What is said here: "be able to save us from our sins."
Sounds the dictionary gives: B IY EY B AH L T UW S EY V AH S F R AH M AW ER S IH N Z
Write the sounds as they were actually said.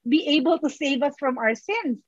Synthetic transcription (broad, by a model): B IY EY B AH L T UW S EY V AH S F R AH M AW ER S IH N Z